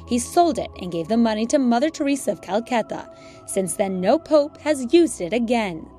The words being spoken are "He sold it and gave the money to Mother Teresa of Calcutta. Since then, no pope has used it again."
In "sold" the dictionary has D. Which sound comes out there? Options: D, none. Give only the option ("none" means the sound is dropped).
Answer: D